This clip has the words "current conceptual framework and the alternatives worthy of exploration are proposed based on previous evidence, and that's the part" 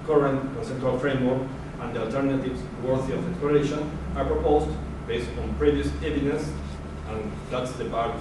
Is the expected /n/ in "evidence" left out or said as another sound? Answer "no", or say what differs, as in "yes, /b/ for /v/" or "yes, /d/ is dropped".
yes, /n/ is dropped